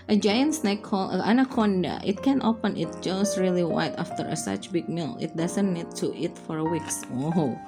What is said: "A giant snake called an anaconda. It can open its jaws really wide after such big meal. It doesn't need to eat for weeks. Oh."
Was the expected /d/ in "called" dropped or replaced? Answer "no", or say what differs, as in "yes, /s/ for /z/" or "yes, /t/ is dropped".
yes, /d/ is dropped